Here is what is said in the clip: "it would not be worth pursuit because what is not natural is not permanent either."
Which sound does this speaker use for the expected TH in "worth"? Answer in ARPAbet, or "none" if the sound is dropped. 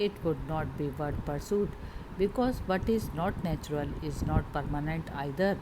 T